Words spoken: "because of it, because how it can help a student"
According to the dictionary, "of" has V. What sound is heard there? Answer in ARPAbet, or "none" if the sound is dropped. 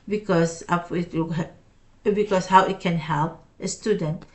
P